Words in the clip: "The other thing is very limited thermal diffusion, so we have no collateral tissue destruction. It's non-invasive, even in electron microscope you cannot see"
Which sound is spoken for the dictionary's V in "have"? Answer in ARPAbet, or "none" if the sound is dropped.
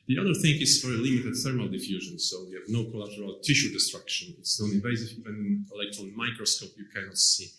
V